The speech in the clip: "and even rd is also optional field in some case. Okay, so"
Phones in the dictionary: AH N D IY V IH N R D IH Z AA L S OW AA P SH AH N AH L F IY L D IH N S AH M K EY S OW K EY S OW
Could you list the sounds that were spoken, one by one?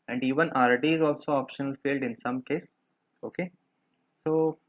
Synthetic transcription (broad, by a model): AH N D IY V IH N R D IH Z AA L S OW AA P SH AH N AH L F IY L D IH N S AH M K EY S OW K EY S OW